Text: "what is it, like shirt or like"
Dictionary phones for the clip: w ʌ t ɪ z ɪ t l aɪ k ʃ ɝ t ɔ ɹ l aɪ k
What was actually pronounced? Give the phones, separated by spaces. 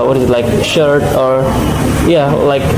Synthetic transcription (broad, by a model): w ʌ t ɪ z ɪ t l aɪ k ʃ ɝ t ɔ ɹ l aɪ k